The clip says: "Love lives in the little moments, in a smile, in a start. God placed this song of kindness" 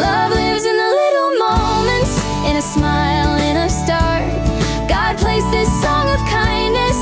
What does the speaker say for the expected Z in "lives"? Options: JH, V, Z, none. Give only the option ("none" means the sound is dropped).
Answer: Z